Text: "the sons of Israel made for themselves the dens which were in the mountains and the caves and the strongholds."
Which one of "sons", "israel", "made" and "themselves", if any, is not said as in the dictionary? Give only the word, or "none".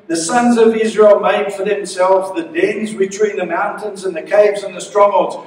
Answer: none